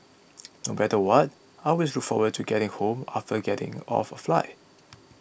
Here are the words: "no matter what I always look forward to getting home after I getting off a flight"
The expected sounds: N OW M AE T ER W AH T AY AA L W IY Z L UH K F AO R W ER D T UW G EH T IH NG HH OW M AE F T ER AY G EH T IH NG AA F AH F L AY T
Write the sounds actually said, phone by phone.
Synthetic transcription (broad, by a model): N OW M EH T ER W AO T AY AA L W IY S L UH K F AO W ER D T UW G EH T IH NG HH OW M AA F T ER G EH T IH NG AA F AH F L AY